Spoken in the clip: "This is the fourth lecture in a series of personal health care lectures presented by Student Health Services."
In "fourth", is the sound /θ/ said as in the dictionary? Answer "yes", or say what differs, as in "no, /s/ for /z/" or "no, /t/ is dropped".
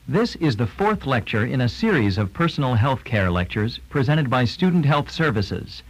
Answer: yes